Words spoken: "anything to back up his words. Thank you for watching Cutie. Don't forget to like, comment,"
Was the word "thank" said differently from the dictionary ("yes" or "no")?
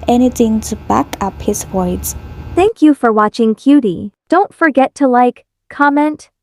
no